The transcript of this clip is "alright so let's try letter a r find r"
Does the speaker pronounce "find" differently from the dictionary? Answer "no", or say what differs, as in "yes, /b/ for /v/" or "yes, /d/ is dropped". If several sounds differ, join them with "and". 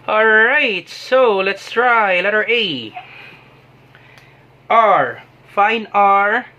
yes, /d/ is dropped